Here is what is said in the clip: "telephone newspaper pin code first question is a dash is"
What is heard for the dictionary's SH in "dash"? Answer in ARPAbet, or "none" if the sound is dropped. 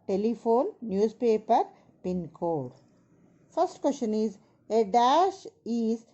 SH